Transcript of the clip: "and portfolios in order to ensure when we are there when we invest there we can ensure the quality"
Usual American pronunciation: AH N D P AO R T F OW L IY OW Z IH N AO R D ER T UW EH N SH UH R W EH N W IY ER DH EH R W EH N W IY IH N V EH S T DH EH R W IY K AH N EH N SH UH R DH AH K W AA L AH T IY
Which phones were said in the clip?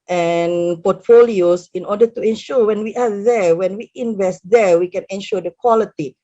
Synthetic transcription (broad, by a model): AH N P AO T F OW L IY OW S IH N AO D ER T UW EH N SH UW W EH N W IY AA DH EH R W EH N W IY IH N V EH S T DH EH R W IY K AH N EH N SH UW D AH K W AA L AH T IY